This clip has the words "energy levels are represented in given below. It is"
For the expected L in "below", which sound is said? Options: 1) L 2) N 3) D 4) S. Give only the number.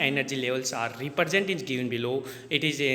1